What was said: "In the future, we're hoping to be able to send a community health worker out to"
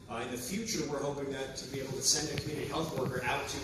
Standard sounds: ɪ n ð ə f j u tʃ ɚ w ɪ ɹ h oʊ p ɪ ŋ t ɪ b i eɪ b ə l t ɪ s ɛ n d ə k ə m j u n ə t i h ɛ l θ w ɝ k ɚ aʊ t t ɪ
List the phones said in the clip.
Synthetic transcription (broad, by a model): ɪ n ð ə f j u tʃ ɚ w ɪ ɹ h oʊ p ɪ ŋ t ɪ b i eɪ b l t ɪ s ɛ n d ə k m j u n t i h ɛ l θ w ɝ k ɚ aʊ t t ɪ